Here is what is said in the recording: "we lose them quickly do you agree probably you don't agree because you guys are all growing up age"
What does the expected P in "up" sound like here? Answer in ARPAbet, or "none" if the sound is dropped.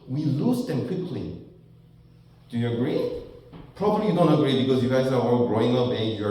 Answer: B